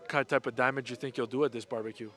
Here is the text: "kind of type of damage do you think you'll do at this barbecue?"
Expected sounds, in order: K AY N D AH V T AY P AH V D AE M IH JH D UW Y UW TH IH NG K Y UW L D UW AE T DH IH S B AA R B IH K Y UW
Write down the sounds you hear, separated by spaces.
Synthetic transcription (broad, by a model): K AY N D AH T AY P AH V D AE M IH JH Y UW TH IH NG K Y UW L D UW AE T DH IH S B AA R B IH K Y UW